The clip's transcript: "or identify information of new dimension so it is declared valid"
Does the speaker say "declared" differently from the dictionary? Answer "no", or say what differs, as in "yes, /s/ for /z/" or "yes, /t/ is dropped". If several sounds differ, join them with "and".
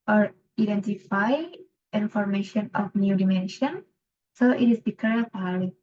yes, /l/ is dropped